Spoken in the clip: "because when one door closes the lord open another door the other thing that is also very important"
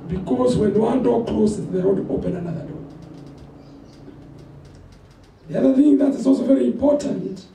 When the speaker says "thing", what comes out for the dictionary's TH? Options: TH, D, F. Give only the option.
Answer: TH